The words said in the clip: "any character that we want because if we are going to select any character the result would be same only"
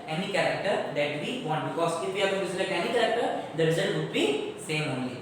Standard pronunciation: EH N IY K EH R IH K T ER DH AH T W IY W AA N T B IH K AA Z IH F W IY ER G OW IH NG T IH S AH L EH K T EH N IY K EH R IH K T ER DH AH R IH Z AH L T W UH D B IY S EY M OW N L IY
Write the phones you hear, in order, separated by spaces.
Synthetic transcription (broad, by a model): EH N IY K EH R IH K T ER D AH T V IY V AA N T B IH K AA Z IH F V IY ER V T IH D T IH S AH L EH T EH N IY K EH R IH K T ER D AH R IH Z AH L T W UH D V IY S EY M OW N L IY